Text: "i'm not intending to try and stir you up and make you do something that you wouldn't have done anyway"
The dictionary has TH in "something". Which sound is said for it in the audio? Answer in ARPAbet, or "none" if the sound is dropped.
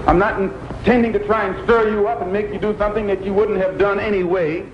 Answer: TH